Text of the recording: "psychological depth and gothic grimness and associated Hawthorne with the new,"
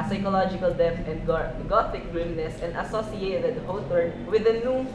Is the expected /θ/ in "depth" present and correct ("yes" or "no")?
no